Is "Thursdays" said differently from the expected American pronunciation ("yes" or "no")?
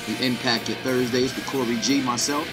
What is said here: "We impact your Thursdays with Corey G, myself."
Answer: no